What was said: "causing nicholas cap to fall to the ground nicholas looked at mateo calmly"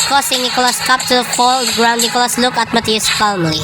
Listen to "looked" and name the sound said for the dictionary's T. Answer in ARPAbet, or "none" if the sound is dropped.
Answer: none